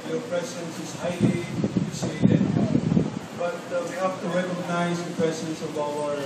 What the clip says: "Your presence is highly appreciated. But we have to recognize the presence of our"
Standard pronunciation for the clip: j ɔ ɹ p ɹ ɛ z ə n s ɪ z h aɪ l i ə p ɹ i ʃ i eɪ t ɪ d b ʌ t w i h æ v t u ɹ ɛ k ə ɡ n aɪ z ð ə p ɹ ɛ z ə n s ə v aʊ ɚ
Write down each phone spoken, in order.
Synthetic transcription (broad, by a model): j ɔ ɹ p ɹ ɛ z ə n s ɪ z h aɪ l i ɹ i s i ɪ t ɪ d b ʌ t w i h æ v t u ɹ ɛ k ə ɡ n aɪ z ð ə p ɹ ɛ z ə n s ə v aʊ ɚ